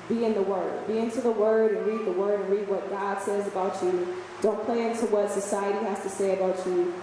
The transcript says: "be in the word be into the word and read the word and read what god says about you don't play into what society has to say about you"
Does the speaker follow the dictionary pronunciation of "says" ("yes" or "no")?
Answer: yes